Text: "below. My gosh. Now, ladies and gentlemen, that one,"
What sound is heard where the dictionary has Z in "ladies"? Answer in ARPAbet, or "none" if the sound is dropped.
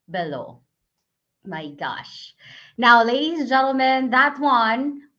Z